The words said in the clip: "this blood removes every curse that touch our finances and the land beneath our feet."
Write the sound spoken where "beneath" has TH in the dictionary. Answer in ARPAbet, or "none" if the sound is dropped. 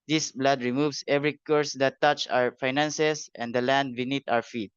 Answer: T